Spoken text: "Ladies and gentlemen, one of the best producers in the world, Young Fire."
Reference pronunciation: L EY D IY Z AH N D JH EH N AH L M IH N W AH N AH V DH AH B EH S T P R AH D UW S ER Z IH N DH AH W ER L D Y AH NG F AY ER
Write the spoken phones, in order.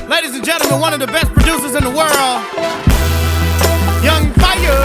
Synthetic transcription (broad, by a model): L EY D IY Z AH N JH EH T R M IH N W AH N AH V DH AH B EH S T P R AH D UW S ER Z IH N DH AH W ER L D Y AH NG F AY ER